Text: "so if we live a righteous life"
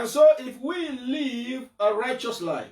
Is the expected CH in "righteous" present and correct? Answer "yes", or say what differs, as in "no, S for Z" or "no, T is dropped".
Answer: yes